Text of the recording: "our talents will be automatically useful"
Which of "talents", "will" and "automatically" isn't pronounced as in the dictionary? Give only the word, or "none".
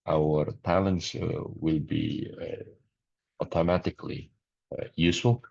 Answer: none